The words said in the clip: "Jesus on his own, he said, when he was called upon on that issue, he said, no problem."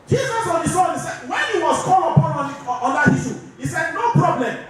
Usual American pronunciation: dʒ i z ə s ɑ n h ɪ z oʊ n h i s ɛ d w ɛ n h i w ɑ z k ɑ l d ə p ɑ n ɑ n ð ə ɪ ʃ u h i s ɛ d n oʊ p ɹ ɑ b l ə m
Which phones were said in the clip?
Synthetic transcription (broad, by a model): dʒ i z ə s ɑ n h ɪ s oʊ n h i s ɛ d w ɛ n h i w ɑ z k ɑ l ə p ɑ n ɑ n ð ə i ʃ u h i s ɛ d n oʊ p ɹ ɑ b l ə m